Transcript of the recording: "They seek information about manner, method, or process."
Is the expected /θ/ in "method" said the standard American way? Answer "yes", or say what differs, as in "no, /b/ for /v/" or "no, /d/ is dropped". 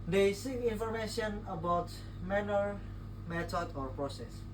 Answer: no, /t/ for /θ/